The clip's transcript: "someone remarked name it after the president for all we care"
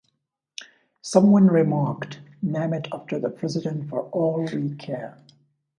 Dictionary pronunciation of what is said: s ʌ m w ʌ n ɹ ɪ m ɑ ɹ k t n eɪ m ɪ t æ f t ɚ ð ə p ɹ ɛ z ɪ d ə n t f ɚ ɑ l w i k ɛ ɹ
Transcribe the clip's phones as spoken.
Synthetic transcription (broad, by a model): s ʌ m w ʌ n ɹ ɪ m ɑ ɹ k t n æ m ɪ t æ f t ɚ ð ə p ɹ ɛ z ɪ d ə n t f ɚ ɑ l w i k ɛ ɹ